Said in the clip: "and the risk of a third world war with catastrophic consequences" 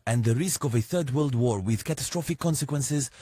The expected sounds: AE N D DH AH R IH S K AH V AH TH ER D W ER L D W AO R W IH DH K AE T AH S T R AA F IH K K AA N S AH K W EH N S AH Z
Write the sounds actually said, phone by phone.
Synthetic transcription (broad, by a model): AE N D DH AH R IH S K AH V AH TH ER D W ER L D W AO R W IH DH K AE T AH S T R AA F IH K K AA N S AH K W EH N S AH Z